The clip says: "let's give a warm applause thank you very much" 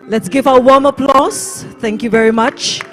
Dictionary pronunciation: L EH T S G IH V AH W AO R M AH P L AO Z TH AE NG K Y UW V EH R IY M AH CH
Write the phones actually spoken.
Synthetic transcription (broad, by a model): L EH T S G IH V AH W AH W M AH P L AO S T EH NG K Y UW V EH R IY M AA CH